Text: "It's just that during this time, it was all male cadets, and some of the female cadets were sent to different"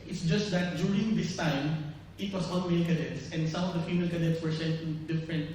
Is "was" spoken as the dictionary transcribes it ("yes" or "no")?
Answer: no